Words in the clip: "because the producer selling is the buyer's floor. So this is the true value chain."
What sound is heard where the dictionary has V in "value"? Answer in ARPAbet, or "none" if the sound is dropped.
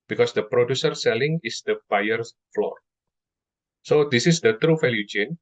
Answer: F